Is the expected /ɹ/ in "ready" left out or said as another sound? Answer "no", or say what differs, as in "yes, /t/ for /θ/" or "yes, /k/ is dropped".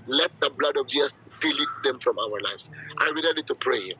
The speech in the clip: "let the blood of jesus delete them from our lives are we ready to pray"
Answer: yes, /l/ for /ɹ/